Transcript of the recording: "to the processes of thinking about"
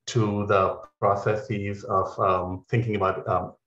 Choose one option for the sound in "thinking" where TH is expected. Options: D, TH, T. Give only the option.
TH